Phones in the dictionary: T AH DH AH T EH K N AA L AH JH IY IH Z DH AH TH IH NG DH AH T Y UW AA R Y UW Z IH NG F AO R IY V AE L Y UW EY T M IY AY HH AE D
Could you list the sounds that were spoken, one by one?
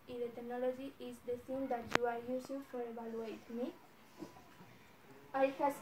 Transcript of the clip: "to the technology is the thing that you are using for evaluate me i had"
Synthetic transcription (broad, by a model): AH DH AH T EH K N AA L AH JH IY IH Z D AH S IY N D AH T Y UW AA R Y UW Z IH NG F AO R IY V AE L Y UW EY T M IY AY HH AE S